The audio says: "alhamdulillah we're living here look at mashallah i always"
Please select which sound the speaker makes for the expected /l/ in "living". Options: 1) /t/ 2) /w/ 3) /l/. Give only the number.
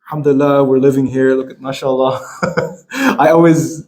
3